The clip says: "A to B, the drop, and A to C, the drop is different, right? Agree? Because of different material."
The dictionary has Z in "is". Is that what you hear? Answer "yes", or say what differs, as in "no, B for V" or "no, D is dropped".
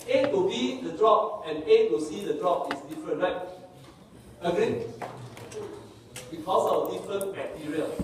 no, S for Z